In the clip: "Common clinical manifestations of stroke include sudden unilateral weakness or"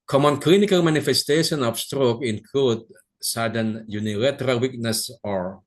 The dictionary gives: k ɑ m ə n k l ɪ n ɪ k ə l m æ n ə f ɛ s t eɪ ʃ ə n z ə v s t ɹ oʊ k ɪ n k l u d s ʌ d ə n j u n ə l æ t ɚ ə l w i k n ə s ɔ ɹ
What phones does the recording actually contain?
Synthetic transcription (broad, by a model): k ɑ m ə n k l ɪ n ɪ k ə l m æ n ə f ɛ s t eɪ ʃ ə n ə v s t ɹ oʊ k ɪ n k l u d s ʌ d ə n j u n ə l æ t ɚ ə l w i k n ə s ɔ ɹ